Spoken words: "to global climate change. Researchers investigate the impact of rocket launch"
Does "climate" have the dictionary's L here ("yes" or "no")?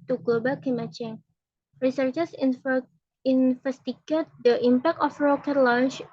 no